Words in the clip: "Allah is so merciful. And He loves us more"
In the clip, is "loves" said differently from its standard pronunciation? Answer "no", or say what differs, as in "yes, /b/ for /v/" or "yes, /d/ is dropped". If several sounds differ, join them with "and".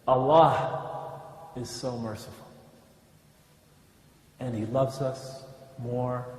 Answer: no